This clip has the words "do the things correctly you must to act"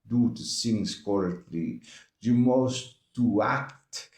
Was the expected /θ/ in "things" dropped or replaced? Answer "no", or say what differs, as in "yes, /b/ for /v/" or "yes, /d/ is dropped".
yes, /s/ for /θ/